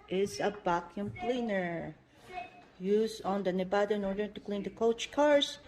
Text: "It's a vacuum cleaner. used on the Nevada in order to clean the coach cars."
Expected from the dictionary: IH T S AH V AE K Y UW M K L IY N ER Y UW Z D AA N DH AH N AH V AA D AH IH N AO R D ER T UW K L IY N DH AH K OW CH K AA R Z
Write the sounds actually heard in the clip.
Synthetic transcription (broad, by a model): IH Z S AH B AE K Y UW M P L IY N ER Y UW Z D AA N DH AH N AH B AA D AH IH N AO R D ER T UW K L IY N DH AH K OW CH K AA R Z